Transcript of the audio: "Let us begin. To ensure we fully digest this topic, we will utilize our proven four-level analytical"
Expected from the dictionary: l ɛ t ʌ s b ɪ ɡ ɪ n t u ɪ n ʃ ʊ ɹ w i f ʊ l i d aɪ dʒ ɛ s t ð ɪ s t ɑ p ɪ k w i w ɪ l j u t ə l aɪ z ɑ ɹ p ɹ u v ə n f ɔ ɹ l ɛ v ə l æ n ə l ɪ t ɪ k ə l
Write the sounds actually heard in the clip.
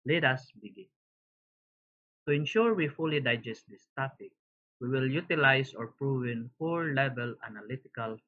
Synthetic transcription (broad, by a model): l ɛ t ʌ s b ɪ ɡ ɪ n t u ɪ n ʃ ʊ ɹ w i f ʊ l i d aɪ dʒ ɛ s t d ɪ s t ɑ p ɪ k w i w ɪ l j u t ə l aɪ s ɑ ɹ p ɹ u v ə n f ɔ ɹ l ɛ v ə l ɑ n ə l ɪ t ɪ k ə l